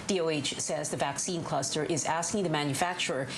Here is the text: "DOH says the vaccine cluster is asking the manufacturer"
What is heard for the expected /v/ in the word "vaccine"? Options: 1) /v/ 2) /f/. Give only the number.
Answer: 1